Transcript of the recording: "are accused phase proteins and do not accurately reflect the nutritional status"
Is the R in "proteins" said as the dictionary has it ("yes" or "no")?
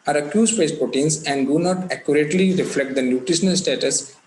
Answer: no